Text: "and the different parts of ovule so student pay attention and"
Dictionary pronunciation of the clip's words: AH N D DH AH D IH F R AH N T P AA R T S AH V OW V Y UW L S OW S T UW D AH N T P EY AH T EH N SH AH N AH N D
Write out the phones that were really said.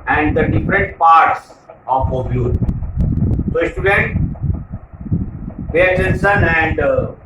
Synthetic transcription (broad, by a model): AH N D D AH D IH F R AH N T P AA R T S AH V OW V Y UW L S OW S T UW D AH N T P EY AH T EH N S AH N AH N D